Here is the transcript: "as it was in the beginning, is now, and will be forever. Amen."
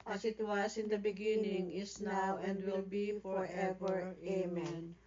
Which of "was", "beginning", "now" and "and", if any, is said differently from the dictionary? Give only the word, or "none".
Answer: was